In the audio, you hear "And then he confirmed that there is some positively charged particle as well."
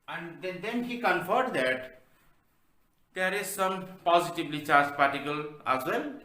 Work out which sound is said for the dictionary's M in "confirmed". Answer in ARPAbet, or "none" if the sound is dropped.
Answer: none